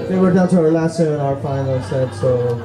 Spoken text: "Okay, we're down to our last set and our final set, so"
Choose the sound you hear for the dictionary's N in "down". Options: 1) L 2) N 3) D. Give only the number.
1